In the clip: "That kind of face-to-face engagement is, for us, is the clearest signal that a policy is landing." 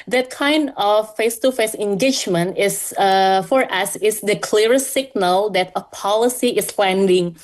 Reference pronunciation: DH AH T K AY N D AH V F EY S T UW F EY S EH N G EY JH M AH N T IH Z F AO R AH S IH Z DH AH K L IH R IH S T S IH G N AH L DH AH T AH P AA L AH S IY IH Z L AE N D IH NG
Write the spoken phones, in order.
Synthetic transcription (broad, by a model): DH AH T K AY N D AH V F EY S T UW F EY S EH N G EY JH M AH N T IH S F AO R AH S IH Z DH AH K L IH R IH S S IH G N AH L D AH T AH P AA L AH S IY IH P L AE N D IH NG